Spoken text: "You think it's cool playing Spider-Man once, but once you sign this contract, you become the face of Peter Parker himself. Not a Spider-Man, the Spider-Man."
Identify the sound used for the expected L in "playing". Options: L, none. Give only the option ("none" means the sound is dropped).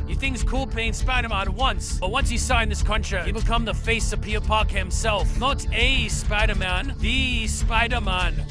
none